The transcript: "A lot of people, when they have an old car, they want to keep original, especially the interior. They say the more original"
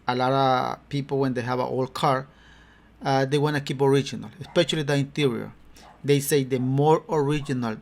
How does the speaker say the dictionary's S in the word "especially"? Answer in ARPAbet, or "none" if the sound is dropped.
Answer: S